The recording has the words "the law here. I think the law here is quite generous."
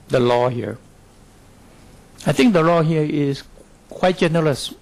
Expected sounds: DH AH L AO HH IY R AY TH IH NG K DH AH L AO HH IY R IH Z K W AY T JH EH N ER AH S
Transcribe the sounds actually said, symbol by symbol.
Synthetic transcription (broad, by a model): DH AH L AO HH IY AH AY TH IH NG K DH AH L AO HH IY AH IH S K W AY T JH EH N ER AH S